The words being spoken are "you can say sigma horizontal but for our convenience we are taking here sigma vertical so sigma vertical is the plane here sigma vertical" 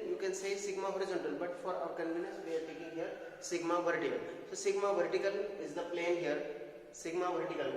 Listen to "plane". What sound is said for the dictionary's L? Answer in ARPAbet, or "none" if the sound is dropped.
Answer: L